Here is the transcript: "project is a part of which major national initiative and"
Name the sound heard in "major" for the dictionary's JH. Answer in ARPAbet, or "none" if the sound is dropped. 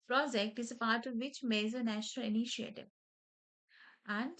Z